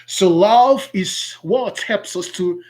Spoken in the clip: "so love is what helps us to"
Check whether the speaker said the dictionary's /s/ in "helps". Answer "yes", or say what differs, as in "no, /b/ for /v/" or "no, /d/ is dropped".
yes